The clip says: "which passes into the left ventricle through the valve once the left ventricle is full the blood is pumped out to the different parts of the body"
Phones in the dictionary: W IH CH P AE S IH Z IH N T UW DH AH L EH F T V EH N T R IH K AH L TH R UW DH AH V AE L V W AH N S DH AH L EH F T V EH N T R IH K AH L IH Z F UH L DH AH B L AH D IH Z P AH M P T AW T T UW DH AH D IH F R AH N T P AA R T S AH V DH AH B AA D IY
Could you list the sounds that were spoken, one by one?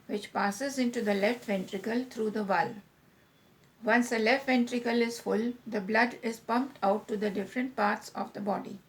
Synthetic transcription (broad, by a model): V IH CH P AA S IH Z IH N T UW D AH L EH F T V EH N T R IH K AH L T R UW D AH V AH L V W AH N S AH L EH F T V EH N T R IH K AH L IH Z F UH L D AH B L AH D IH Z P AH M P T AW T T UW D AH D IH F R AH N T P AA R T S AH V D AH B AA D IY